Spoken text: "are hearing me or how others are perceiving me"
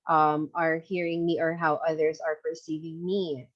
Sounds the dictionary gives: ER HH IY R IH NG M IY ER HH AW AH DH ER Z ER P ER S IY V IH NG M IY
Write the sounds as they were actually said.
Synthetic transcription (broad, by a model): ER HH IY R IH NG M IY ER HH AW AH DH ER Z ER P ER S IY V IH NG M IY